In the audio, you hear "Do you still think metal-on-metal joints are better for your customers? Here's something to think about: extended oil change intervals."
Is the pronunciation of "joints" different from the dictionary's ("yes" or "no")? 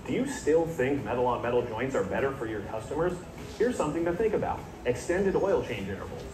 no